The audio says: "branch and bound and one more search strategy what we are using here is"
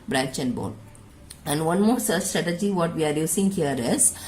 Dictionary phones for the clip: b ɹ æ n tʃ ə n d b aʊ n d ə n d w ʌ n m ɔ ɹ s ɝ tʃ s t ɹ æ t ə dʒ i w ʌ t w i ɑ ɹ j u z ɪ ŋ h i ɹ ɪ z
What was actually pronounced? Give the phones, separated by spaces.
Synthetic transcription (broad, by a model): b ɹ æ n tʃ ə n d b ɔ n ə n d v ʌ n m ɔ ɹ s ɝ s t ɹ æ t ə dʒ i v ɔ t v i ɑ ɹ j u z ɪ ŋ h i ɹ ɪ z